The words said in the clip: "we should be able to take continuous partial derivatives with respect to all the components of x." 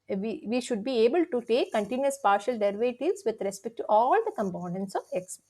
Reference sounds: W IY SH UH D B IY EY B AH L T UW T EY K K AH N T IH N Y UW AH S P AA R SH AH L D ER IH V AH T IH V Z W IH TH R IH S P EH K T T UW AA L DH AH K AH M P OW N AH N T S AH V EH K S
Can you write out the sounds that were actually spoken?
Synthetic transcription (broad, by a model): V IY SH UH D B IY EY B AH L T UW T EY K K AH N T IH N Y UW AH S P AA R SH AH L D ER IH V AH T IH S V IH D R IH S P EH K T T UW AA L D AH K AH M P OW N AH N T S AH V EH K S